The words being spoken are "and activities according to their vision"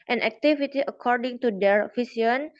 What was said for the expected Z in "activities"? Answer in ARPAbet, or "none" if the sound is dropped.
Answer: none